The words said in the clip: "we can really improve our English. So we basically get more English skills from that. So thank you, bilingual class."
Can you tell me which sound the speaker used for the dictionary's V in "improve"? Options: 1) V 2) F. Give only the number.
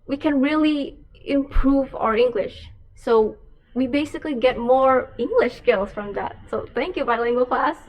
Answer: 1